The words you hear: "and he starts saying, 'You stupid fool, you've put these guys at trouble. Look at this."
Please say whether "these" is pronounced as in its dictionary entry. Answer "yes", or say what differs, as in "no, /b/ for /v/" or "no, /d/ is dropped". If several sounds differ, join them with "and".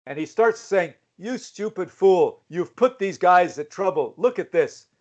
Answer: yes